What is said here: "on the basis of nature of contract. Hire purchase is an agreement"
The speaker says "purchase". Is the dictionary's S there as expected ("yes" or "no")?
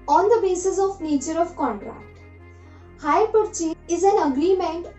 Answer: no